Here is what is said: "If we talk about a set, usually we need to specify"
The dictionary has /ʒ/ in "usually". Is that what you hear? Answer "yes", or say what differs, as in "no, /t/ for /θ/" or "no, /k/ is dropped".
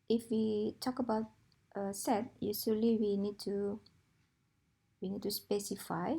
no, /s/ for /ʒ/